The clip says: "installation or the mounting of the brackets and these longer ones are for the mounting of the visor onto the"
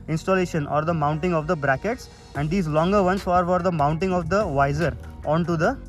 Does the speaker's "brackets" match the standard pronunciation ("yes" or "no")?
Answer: yes